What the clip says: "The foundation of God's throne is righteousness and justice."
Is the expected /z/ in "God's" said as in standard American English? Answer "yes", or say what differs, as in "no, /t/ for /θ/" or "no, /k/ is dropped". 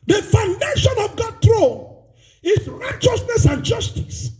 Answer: no, /z/ is dropped